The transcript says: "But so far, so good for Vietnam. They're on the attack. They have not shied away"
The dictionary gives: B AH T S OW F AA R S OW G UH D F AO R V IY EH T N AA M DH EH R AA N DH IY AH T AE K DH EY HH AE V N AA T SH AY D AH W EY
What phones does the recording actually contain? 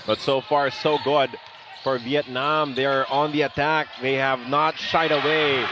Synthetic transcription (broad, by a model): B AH T S OW F AA R S OW G UH D F AO R V IY EH T N AA M DH EH R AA N DH IY AH T AE K DH EY HH AE V N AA T SH AY D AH W EY